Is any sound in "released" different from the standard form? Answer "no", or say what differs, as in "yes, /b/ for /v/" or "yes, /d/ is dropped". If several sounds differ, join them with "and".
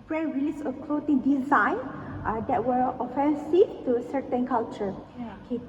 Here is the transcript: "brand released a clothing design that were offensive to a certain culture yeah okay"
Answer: yes, /t/ is dropped